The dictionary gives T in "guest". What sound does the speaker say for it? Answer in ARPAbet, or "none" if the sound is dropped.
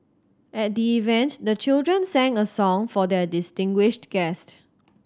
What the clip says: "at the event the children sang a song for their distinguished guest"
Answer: T